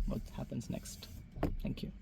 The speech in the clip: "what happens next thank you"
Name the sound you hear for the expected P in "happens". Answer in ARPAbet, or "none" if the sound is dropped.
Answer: P